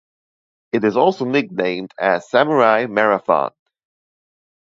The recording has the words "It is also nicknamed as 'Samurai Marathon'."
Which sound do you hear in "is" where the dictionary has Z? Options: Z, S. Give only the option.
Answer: Z